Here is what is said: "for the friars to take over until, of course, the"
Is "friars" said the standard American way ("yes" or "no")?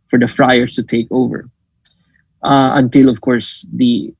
no